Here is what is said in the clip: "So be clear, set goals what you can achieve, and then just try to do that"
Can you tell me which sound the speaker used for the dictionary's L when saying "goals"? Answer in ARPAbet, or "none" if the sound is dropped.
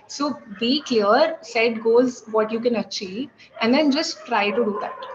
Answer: none